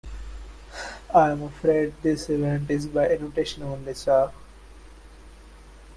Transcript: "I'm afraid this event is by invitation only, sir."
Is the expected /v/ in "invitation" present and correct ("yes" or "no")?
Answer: no